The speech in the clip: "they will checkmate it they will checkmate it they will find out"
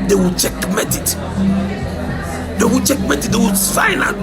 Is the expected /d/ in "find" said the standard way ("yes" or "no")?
no